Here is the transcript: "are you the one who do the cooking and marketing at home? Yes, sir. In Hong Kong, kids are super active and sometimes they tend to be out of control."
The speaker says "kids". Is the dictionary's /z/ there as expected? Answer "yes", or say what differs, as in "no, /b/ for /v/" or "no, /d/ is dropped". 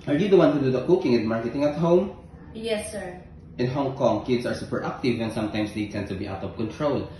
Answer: no, /s/ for /z/